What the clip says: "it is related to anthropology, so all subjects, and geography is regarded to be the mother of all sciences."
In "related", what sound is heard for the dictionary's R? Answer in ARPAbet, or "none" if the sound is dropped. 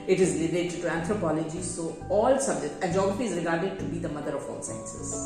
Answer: L